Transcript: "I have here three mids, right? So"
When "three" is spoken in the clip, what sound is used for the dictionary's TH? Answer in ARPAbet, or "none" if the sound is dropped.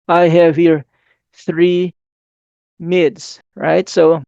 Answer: TH